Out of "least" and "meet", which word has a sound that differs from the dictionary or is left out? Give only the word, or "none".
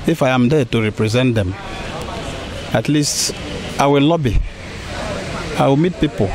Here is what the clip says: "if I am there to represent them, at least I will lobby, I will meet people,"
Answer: none